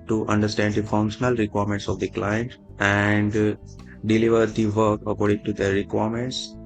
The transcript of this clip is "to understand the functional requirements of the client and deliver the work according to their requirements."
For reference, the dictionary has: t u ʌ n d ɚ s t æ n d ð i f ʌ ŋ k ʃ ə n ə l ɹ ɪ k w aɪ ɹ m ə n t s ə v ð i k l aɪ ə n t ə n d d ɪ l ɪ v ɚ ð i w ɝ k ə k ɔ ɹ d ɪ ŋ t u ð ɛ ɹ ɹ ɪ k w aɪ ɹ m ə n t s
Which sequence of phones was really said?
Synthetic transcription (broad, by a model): t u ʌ n d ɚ s t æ n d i f ʌ ŋ k ʃ ə n ə l ɹ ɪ k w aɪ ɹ m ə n t s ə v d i k l aɪ ə n t ə n d d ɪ l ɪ v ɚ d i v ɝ k ə k ɔ ɹ d ɪ ŋ t u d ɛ ɹ ɹ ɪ k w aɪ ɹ m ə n t s